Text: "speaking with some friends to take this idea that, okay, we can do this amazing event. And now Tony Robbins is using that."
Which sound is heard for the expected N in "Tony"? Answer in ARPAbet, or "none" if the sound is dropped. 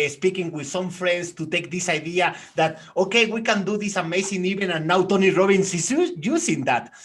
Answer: N